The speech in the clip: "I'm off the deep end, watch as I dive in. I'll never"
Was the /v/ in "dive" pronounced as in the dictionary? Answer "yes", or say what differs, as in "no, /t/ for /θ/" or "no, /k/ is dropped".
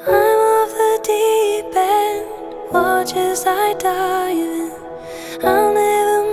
no, /v/ is dropped